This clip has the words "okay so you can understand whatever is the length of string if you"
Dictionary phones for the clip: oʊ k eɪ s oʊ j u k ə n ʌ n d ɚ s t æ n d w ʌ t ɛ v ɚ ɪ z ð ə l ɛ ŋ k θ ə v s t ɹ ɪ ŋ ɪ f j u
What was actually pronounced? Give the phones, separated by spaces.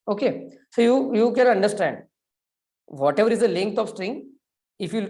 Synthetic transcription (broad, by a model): oʊ k eɪ s oʊ j u k ə n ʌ n d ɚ s t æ n d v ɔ t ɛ v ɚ ɪ z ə l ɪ ŋ k t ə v s t ɹ ɪ ŋ ɪ f j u